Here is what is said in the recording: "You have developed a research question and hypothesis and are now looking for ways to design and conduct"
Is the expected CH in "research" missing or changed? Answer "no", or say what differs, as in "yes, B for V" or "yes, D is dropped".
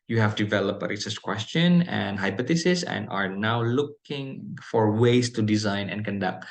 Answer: yes, S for CH